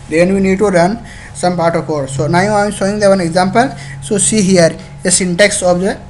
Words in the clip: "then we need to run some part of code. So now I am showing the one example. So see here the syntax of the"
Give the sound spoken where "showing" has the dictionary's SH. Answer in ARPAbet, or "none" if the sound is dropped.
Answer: S